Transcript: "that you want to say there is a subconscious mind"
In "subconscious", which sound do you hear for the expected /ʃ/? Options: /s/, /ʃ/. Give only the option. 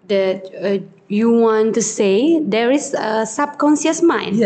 /s/